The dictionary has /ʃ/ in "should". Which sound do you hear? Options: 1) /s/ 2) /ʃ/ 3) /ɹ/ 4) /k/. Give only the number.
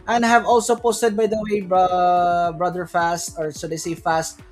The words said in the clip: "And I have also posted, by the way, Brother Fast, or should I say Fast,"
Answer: 1